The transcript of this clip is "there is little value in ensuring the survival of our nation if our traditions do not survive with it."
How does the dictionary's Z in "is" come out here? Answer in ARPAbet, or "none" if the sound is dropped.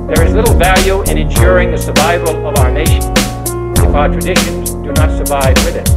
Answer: Z